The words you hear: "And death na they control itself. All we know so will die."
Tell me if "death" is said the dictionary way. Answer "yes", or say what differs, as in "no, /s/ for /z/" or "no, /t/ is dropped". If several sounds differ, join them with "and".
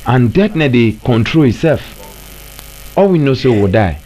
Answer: no, /t/ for /θ/